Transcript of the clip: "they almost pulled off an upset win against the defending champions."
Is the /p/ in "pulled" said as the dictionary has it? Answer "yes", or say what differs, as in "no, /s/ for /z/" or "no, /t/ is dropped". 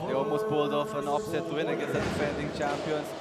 no, /b/ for /p/